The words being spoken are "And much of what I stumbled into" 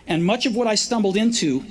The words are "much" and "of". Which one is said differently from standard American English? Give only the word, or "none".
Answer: none